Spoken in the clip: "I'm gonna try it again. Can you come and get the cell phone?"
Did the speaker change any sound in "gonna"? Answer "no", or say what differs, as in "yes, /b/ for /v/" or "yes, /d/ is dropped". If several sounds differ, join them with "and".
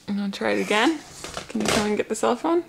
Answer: yes, /n/ is dropped